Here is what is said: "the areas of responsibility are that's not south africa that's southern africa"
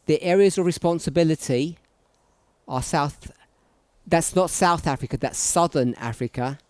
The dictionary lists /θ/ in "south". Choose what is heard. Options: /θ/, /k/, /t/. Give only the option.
/θ/